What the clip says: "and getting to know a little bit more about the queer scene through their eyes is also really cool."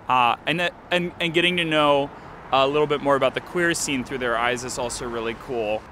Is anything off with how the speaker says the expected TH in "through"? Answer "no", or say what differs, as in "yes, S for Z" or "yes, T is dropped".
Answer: no